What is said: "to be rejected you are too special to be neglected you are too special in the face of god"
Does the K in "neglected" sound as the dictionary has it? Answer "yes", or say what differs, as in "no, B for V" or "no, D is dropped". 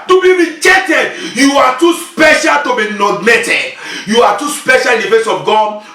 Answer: no, K is dropped